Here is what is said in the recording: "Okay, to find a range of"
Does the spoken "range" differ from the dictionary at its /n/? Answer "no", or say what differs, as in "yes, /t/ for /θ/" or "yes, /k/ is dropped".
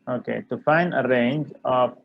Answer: no